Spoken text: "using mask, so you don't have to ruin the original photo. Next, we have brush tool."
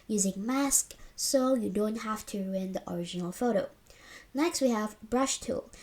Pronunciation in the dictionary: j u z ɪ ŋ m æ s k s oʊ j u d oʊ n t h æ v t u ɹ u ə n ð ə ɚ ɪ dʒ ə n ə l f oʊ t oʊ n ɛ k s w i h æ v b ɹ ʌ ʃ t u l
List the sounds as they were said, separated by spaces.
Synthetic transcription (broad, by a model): j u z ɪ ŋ m æ s k s oʊ j u d oʊ n t h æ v t u ɹ u ə n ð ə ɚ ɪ dʒ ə n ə l f oʊ t oʊ n ɛ k s w i h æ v b ɹ ʌ ʃ t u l